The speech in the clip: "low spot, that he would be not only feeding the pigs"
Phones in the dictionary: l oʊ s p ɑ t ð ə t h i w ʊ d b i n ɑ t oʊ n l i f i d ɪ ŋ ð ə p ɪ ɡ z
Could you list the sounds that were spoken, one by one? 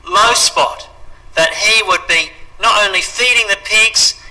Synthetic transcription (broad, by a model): l oʊ s p ɑ t ð ə t h i w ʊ d b i n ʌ t oʊ n l i f i d ɪ ŋ ð ə p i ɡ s